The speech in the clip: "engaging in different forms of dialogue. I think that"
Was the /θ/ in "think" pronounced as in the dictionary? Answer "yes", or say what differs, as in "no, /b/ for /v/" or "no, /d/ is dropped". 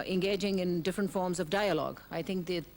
no, /t/ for /θ/